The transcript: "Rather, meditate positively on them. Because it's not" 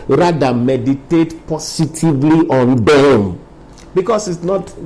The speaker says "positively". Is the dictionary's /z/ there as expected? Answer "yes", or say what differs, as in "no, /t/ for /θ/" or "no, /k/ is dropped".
no, /s/ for /z/